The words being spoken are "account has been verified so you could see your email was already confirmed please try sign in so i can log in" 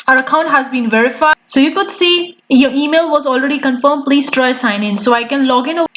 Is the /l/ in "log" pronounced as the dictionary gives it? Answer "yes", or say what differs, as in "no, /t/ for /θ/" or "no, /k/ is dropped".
yes